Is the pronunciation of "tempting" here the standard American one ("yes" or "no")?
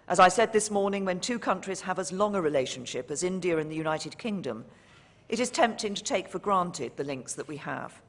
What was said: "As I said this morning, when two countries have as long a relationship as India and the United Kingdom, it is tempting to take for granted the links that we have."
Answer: yes